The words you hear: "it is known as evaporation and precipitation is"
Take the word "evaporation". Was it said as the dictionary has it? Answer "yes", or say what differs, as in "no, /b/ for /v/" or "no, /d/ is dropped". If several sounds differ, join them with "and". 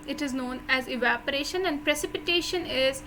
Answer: yes